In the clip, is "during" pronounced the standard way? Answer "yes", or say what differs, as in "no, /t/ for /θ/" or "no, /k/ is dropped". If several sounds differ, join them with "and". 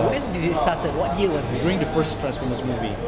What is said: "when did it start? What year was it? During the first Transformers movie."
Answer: no, /ɹ/ is dropped